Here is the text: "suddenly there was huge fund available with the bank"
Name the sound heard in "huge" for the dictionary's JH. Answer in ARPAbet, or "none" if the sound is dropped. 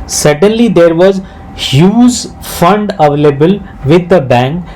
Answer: Z